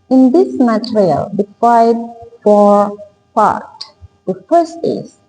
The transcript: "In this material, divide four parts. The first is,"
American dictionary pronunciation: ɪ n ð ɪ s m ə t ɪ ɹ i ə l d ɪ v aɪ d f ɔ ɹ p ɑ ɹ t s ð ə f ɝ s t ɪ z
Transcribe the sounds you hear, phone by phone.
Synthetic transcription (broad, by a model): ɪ n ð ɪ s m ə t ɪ ɹ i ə l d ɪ f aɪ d f ɔ ɹ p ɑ ɹ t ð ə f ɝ s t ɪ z